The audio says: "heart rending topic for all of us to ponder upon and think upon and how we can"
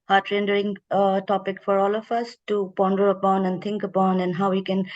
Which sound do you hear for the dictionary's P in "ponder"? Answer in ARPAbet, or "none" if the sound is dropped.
P